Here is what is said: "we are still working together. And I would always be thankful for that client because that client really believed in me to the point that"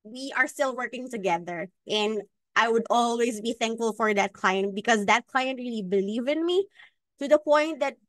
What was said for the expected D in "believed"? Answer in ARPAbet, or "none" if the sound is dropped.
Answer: none